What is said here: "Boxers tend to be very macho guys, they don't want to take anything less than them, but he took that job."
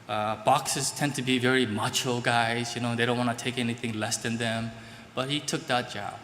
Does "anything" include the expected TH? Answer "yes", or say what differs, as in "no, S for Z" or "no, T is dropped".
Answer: yes